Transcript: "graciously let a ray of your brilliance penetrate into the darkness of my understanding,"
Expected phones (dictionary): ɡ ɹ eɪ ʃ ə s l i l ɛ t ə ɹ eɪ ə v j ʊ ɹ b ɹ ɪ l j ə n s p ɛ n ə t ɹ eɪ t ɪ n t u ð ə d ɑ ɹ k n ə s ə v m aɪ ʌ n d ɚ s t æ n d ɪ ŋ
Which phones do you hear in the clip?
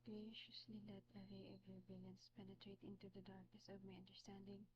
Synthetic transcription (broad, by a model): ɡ ɹ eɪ ʃ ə s l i l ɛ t ə ɹ eɪ ə v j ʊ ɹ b ɪ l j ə n s p ɛ n ə t ɹ eɪ t ɪ n t u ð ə d ɑ ɹ k n ə s ə v m aɪ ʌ n d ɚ s t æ n d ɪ ŋ